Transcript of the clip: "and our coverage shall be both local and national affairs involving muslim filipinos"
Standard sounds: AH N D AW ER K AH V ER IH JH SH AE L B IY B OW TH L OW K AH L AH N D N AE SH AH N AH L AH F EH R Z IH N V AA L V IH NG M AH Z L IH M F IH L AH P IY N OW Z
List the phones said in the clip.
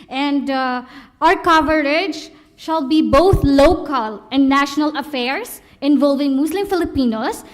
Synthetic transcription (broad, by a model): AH N D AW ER K AH V ER IH JH SH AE L B IY B OW T L OW K AH L AH N D N AE SH AH N AH L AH F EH R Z IH N V AA L V IH NG M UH S L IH M F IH L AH P IY N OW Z